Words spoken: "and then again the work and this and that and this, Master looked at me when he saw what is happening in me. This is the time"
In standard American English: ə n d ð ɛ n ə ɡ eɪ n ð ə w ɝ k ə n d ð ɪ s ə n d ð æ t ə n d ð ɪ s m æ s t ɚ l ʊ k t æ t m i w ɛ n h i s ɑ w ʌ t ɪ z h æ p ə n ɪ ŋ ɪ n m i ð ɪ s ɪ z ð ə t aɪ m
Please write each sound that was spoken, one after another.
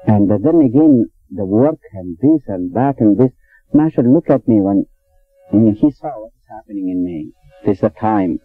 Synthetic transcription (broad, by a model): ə n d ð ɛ n ə ɡ eɪ n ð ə w ɝ k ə n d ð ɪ s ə n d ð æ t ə n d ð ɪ s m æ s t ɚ l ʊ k æ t m i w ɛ n h i s ɑ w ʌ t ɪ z h æ p ə n ɪ ŋ ɪ n m i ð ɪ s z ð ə t aɪ m